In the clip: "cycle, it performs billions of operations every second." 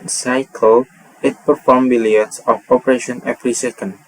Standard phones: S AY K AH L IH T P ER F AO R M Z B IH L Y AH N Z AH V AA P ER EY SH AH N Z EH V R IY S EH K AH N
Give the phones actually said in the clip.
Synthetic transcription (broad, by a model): S AY K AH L IH T P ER F AO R M B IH L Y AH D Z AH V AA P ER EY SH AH N EH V R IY S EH K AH N